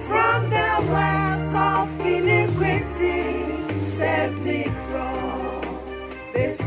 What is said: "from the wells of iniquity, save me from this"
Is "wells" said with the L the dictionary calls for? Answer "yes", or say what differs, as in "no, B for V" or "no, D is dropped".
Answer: no, L is dropped